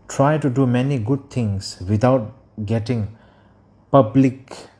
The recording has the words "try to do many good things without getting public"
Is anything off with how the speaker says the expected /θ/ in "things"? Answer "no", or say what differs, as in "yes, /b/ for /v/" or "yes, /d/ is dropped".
yes, /t/ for /θ/